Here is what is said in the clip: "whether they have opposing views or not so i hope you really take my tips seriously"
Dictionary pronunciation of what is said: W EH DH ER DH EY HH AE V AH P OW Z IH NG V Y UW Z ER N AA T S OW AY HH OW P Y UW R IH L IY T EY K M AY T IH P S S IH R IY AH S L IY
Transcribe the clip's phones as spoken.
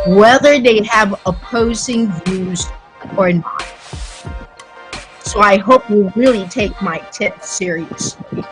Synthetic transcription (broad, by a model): W EH DH ER DH EY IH V AH P OW Z IH NG V Y UW Z ER N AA T S OW AY HH OW P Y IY R IH L IY T EY K M AY T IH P TH S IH R IY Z